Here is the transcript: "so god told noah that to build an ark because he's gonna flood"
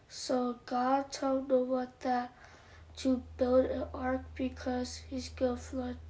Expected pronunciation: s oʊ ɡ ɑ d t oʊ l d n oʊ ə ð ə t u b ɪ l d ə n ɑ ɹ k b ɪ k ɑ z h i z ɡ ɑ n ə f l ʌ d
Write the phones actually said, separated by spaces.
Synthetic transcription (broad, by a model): s oʊ ɡ ɑ d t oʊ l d oʊ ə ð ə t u b ɪ l d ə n ɑ ɹ k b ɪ k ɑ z h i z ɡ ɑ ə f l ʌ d